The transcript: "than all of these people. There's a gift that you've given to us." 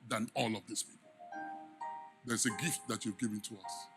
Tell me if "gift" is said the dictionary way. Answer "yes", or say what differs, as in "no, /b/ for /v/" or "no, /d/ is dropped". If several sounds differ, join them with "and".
yes